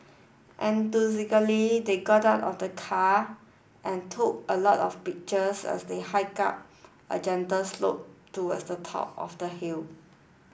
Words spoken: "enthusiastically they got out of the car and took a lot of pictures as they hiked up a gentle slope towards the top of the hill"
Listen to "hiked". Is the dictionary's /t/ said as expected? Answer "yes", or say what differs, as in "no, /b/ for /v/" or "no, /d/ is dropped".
no, /t/ is dropped